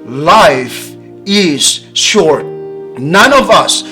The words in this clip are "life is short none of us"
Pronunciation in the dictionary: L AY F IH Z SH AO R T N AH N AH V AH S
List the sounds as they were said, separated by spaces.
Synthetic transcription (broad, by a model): L AY F IH Z SH AO R T N AH N AH V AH S